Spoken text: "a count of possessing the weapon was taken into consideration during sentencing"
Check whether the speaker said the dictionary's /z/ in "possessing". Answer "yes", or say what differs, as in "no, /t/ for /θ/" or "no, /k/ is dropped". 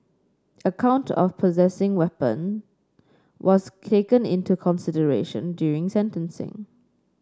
yes